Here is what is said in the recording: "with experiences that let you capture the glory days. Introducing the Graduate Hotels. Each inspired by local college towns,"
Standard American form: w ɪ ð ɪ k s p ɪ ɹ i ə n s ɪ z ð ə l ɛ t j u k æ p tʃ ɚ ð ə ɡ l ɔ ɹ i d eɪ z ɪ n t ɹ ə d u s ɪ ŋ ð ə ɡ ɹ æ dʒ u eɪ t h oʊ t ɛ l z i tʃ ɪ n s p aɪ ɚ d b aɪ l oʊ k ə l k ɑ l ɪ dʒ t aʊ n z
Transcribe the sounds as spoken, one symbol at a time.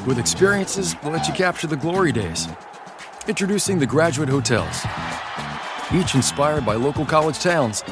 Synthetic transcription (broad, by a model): w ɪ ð ɪ k s p ɪ ɹ i ə n s ɪ z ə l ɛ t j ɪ k æ p tʃ ɚ ð ə ɡ l ɔ ɹ i d eɪ z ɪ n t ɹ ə d u s ɪ ŋ ð ə ɡ ɹ æ dʒ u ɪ t h oʊ t ɛ l z i tʃ ɪ n s p aɪ ɚ d b aɪ l oʊ k l k ɑ l ɪ dʒ t aʊ n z